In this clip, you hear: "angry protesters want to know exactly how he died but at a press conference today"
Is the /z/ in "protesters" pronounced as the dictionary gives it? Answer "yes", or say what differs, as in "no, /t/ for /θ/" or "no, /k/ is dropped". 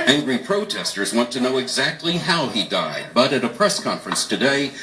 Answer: yes